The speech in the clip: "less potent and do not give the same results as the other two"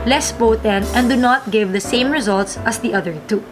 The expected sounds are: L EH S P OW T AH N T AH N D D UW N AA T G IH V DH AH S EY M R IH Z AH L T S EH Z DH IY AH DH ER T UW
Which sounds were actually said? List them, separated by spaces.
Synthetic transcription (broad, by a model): L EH S B OW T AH N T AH N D D UW N AA T G IH V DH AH S EY M R IH Z AH L T S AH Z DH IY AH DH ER T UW